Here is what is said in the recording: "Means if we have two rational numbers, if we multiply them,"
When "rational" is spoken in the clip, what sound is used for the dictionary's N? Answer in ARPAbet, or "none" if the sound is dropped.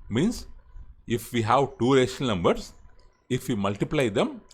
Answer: none